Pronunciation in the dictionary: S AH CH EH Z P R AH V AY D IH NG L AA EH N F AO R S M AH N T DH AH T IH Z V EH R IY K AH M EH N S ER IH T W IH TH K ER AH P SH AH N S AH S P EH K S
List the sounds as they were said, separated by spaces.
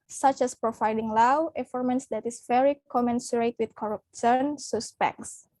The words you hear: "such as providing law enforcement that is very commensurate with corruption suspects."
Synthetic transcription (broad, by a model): S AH CH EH S P R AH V AY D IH NG L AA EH F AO R M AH N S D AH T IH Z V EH R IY K AH M EH N S ER IH T W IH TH K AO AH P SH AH N S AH S P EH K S